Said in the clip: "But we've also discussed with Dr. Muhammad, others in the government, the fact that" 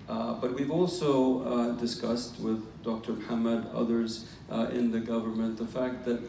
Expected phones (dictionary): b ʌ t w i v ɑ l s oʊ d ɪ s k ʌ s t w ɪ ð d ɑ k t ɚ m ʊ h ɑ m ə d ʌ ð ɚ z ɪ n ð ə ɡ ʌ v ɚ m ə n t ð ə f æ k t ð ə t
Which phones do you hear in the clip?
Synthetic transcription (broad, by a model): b ʌ t w i v ɑ l s oʊ d ɪ s k ʌ s t w ɪ ð d ɑ k t ɚ m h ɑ m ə d ʌ ð ɚ z ɪ n ð ə ɡ ʌ v ɚ m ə n ð ə f æ k t ð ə t